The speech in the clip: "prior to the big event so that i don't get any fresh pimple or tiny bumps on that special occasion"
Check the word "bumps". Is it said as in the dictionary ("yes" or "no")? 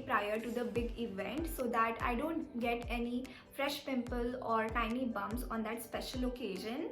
no